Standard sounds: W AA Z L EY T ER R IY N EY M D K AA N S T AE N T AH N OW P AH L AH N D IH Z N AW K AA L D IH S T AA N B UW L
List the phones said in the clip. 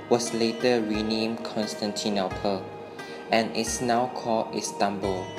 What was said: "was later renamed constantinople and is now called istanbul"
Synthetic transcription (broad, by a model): W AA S L EY T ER R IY N EY M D K AA N S T AE N T AH N OW P AH L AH N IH S N AW K AA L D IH S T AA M B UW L